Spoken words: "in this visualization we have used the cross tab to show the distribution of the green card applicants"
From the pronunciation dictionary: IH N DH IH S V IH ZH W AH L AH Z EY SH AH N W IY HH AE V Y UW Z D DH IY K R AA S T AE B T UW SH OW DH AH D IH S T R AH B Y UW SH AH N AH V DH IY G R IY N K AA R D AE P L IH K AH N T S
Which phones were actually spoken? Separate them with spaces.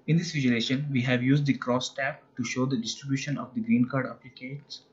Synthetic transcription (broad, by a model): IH N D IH S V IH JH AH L EY SH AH N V IY HH AE V Y UW Z D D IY K R AA S T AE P T UW SH OW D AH D IH S T R AH B Y UW SH AH N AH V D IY G R IY N K AA R D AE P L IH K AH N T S